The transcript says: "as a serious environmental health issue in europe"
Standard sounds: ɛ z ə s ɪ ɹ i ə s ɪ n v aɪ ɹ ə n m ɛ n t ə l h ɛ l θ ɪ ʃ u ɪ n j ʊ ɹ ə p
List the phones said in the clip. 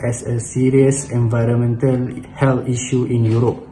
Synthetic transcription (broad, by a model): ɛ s ə s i ɹ i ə s ɪ n v aɪ ɹ ə n m ɛ n t ə l h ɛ l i ʃ u ɪ n j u ɹ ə p